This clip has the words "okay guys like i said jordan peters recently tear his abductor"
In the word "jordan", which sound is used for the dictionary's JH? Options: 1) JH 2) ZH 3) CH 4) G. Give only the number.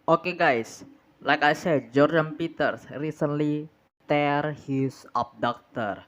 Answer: 1